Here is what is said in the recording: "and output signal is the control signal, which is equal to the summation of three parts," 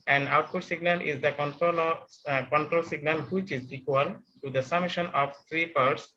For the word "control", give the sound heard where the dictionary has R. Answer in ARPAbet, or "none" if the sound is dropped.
R